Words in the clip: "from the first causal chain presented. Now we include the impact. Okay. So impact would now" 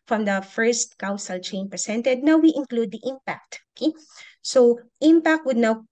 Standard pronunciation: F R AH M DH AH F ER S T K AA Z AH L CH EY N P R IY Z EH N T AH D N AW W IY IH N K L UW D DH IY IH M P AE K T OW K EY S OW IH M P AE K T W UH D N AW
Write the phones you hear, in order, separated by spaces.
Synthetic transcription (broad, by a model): F R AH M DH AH F ER S T K AA S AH L CH EY N P R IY S EH N T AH D N AW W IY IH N K L UW D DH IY IH M P AE K T OW K EY S OW IH M P AE K T W UH D N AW